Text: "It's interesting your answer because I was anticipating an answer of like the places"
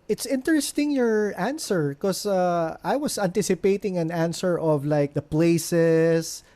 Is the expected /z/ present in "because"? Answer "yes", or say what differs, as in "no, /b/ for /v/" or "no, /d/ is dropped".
no, /z/ is dropped